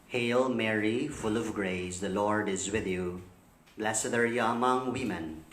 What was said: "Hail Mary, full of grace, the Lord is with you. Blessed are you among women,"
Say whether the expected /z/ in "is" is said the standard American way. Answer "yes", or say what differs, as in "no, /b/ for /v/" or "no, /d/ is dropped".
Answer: yes